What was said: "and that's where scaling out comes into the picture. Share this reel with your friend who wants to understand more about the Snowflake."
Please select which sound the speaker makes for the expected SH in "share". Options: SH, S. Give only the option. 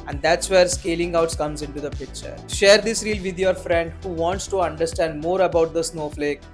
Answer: SH